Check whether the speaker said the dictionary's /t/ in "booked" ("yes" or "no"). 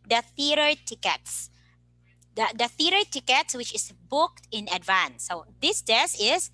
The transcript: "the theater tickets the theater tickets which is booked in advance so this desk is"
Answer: yes